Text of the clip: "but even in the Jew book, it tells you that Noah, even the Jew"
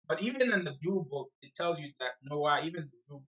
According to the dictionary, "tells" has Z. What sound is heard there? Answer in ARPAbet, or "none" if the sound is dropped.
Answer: Z